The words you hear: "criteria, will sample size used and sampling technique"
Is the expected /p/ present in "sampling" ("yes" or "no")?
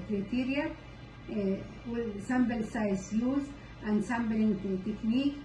no